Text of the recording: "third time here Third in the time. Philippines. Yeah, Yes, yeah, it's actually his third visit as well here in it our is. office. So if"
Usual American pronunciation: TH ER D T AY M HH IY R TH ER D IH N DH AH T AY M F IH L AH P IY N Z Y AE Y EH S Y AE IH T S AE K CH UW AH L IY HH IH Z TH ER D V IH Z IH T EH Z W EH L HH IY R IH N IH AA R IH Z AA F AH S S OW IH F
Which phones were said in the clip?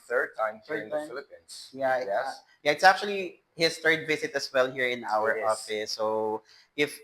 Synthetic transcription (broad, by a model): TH ER D T AY M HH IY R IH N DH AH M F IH L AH P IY N S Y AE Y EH Y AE IH T S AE K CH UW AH L IY HH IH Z TH ER D V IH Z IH T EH S W EH L HH IY R IH N AA W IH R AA F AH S S OW IH F